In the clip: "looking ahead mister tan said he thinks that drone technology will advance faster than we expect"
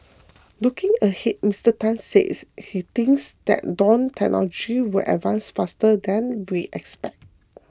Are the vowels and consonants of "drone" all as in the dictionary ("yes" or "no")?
no